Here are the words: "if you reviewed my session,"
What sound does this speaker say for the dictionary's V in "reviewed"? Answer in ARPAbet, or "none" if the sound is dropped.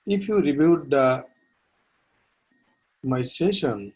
B